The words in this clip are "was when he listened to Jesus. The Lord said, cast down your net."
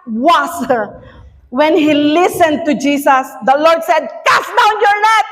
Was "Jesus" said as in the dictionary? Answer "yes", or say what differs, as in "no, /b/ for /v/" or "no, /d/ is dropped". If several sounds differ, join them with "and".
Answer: no, /s/ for /z/